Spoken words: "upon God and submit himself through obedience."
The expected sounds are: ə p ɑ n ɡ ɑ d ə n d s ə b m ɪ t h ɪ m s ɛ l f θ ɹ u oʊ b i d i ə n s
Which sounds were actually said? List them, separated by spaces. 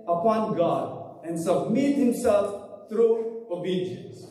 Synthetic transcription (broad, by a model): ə p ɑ n ɡ ɑ d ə n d s ə b m ɪ t h ɪ m s ɛ l f t ɹ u oʊ b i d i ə n s